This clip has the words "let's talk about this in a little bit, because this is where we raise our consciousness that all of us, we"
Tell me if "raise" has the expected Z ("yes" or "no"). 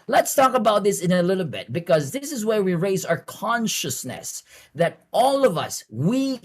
yes